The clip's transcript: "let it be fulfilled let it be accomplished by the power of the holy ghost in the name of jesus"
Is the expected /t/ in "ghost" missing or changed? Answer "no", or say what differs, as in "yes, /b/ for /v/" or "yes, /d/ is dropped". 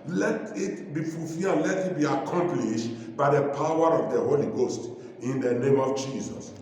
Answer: no